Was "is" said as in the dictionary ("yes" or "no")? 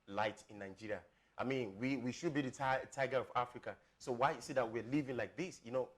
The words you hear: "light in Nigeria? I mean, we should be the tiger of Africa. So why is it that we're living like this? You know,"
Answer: no